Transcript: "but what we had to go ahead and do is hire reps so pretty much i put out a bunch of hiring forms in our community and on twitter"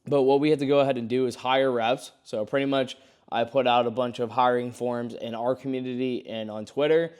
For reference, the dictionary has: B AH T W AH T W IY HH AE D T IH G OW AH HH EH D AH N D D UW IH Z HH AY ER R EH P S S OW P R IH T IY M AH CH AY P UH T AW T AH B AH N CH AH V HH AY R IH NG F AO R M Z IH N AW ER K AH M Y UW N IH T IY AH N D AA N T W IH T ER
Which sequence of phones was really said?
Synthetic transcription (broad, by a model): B AH T W AH T W IY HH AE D T IH G OW AH HH EH D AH N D D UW IH Z HH AY ER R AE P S S OW P R IH T IY M AH CH AY P UH T AW T AH B AH N CH AH V HH AY R IH NG F AO R M Z IH N AW ER K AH M Y UW N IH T IY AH N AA N T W IH T ER